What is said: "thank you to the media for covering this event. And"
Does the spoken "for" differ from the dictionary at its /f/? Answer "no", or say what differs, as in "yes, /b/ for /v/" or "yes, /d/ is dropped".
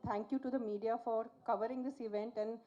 no